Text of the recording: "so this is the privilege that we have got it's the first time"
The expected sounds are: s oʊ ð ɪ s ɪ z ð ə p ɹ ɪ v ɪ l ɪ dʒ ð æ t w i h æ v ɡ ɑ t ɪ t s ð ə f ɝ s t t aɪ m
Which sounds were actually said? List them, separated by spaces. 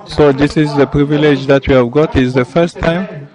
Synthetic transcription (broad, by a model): s oʊ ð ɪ s ɪ z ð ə p ɹ ɪ v ɪ l ɪ dʒ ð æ t w i h æ v ɡ ɑ t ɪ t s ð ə f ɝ s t t aɪ m